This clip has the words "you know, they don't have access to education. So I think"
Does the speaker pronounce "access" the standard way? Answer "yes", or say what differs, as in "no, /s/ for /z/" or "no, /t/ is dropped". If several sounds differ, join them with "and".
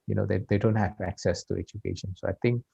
yes